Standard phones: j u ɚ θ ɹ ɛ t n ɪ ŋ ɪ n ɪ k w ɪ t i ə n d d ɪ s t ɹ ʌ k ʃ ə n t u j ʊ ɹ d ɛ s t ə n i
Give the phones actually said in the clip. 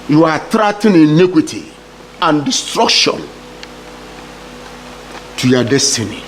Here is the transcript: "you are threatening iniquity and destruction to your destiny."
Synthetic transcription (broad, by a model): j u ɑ t ɹ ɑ t ɪ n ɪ n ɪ k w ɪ t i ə n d d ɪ s t ɹ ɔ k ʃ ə n t u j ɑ d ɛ s t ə n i